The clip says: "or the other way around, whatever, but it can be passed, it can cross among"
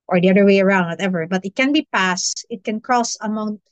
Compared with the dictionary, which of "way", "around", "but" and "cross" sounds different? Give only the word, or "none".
none